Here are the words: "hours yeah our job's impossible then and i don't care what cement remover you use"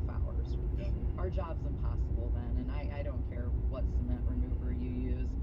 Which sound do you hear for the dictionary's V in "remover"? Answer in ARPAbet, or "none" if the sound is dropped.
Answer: B